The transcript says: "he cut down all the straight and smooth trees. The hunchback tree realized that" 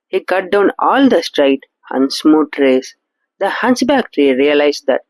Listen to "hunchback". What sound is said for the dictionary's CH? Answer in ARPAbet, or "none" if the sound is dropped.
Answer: S